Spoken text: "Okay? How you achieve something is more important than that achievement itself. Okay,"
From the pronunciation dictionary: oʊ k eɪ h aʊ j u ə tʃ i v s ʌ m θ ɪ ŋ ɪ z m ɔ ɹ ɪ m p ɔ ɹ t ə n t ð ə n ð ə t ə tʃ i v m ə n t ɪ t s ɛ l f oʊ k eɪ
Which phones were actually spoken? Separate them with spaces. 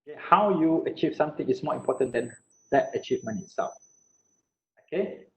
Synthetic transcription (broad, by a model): k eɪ h aʊ j u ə tʃ i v s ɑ m t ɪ ŋ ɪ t m ɔ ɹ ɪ m p ɔ t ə n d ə n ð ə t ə tʃ i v m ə n ɪ t s ɛ l f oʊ k eɪ